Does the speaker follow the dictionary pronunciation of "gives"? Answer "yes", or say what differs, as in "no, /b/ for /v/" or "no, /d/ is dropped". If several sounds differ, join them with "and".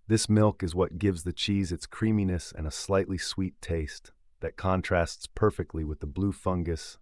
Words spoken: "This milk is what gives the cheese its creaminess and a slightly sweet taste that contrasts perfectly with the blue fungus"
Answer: yes